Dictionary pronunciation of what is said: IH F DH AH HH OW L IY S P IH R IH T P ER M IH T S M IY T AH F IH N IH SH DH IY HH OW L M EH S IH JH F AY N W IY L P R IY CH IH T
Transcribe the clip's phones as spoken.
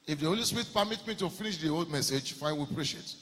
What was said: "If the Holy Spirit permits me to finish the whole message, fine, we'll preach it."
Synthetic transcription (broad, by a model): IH F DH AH HH OW L IY S P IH R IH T P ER M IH T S M IY T AH F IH N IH SH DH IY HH OW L M EH S IH JH F AY N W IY P R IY SH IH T